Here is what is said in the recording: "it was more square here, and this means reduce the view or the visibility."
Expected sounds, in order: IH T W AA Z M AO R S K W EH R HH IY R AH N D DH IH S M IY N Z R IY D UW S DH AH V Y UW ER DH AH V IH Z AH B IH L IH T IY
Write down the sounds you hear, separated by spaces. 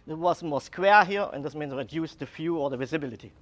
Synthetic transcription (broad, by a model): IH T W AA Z M AO S K W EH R HH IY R AH N D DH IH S M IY N S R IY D UW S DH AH F Y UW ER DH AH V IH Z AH B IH L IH T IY